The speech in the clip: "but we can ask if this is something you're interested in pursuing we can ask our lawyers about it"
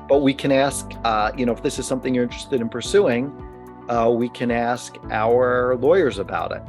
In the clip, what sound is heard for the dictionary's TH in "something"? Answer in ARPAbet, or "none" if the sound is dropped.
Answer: TH